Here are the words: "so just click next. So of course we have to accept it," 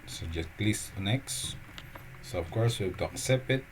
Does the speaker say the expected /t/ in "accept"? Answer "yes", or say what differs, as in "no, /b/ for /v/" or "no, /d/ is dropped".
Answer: no, /t/ is dropped